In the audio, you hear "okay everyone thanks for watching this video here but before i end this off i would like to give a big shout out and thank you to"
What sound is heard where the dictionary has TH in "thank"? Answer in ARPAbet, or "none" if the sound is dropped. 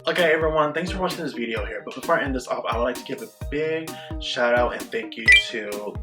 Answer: TH